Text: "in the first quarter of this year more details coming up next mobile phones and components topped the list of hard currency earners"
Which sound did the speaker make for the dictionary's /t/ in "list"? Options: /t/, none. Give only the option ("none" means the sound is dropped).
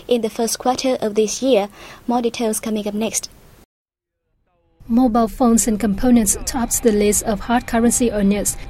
none